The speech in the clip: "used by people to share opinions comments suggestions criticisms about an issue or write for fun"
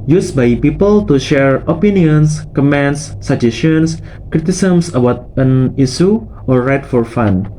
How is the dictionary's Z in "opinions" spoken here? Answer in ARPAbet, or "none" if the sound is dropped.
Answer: S